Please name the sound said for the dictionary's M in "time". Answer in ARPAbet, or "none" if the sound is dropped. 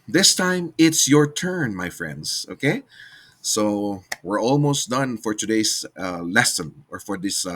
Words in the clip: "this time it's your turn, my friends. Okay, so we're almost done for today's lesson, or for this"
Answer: M